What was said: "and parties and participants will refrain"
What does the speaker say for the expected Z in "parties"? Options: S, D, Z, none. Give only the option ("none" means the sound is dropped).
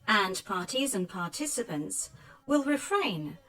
Z